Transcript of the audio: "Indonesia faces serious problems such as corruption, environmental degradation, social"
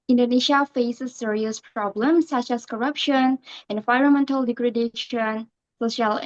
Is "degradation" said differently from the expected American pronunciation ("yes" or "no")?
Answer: no